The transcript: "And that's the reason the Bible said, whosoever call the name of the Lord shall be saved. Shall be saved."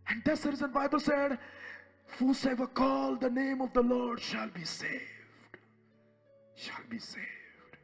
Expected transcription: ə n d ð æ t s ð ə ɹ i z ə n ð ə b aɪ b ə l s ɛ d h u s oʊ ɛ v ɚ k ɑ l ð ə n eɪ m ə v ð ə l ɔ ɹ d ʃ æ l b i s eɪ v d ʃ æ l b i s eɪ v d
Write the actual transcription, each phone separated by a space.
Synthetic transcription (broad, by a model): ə n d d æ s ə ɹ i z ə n b aɪ b ə l s ɛ d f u s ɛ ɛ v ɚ k ɑ l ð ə n eɪ m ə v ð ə l ɔ ɹ d ʃ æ l b i s eɪ v d ʃ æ l b i s eɪ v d